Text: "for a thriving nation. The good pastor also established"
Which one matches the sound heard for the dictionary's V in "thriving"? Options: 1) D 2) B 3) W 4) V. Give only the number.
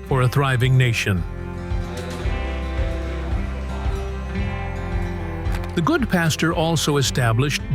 4